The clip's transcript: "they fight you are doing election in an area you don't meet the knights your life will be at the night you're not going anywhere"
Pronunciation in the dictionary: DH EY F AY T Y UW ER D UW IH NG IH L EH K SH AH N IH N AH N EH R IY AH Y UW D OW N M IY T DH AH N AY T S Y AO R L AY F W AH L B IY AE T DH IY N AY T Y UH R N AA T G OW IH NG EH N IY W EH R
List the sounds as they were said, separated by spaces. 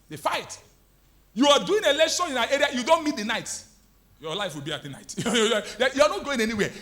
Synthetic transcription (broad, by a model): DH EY F AY T Y UW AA D UW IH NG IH L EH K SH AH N IH N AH EH R IY AH Y UW D OW N M IY T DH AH N AY T Y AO L AY F W AH L B IY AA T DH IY N AY T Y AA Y N AA T G OW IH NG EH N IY W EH